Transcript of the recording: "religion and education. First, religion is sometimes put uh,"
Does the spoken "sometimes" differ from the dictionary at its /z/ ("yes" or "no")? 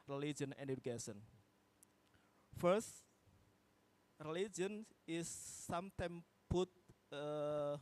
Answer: yes